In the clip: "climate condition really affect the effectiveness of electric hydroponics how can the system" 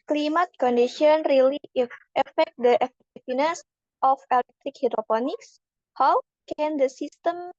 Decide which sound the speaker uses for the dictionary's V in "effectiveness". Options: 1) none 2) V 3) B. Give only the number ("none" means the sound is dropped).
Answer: 1